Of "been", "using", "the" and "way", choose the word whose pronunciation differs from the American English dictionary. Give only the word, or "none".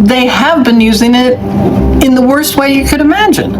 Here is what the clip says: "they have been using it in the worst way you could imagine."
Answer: none